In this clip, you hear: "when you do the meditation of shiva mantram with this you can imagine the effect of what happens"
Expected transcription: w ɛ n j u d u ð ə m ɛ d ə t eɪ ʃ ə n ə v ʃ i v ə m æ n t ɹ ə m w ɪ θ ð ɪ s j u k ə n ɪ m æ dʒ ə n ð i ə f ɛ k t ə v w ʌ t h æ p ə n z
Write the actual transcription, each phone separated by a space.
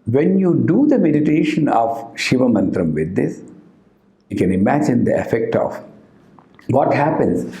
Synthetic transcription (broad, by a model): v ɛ n j u d u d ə m ɛ d ə t eɪ ʃ ə n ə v ʃ i v ə m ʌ n t ɹ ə m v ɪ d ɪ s j u k ə n ɪ m æ dʒ ə n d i ə f ɛ k t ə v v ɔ t h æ p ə n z